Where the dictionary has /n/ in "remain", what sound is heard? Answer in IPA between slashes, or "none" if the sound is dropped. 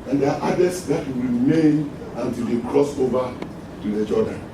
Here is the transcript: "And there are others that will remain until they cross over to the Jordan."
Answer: /n/